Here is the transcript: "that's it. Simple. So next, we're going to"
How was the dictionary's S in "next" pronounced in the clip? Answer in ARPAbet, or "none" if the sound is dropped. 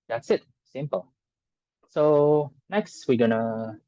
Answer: S